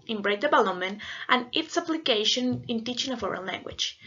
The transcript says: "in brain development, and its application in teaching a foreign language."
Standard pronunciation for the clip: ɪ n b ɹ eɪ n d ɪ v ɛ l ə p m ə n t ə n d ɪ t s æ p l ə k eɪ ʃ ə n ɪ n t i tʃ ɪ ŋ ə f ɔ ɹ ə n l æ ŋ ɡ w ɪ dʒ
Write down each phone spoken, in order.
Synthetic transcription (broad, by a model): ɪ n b ɹ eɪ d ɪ b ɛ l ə m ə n t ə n ɪ t s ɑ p l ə k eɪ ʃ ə n ɪ n t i tʃ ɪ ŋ ə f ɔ ɹ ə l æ ŋ ɡ w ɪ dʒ